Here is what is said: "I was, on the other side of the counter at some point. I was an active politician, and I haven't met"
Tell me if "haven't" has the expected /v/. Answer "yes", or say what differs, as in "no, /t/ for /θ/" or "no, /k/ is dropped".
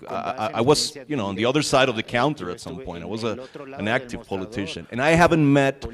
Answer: yes